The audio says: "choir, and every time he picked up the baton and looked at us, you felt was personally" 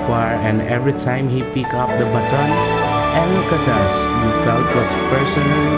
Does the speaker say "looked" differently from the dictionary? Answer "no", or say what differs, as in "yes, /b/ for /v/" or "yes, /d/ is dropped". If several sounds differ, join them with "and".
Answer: yes, /t/ is dropped